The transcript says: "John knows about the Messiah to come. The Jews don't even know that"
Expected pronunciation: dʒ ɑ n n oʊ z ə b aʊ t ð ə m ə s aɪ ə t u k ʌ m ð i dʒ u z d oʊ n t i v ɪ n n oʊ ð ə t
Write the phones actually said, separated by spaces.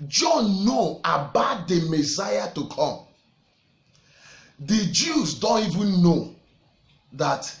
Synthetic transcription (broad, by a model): dʒ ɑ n n oʊ ə b aʊ t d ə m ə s aɪ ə t u k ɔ m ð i dʒ u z d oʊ n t i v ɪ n n oʊ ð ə t